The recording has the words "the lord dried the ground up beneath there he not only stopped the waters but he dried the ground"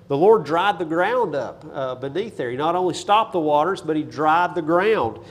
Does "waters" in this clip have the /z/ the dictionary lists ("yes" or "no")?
yes